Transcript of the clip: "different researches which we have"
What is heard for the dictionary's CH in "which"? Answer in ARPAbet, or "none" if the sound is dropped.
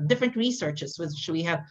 SH